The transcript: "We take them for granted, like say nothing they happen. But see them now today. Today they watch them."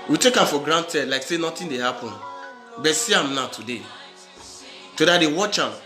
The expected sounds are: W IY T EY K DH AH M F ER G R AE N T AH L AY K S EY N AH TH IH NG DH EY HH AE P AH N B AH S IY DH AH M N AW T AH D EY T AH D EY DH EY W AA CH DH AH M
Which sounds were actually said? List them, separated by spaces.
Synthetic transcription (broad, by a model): W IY T EY K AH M F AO G R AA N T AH L AY K S EY N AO T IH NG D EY HH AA P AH N B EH S IY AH M N AW T AH D EY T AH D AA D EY W AA CH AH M